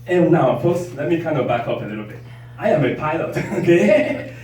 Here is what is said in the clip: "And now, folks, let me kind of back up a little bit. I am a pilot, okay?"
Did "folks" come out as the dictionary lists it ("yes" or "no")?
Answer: no